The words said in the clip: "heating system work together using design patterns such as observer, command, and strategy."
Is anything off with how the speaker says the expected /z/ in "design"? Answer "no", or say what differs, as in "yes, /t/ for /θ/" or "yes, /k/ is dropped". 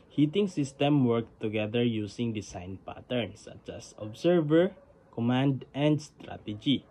yes, /s/ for /z/